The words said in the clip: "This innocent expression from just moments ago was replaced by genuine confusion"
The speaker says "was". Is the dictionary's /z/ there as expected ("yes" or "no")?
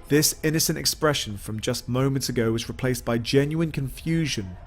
yes